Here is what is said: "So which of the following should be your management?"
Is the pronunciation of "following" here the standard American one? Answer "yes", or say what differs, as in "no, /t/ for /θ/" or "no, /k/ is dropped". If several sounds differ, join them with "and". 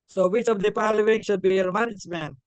no, /p/ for /f/